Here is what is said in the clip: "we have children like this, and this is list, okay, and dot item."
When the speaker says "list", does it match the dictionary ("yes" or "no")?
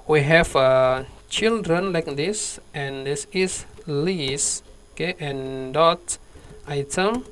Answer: no